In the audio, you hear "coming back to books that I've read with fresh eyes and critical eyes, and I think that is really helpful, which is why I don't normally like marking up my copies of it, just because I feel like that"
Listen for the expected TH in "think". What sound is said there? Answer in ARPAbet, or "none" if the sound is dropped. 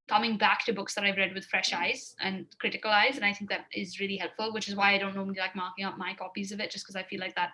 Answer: TH